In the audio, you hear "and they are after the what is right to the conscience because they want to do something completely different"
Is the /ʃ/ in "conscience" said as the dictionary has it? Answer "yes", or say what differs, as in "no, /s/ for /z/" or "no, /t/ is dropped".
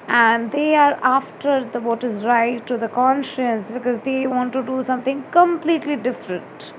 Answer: yes